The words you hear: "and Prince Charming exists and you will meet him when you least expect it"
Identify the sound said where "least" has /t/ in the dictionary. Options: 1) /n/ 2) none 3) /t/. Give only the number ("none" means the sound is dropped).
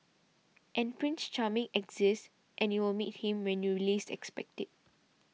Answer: 2